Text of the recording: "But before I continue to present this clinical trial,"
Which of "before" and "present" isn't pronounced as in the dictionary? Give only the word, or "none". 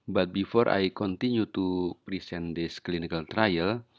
present